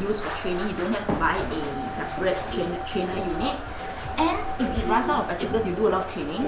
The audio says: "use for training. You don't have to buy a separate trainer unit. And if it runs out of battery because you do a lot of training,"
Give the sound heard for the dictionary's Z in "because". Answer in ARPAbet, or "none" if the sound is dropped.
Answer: S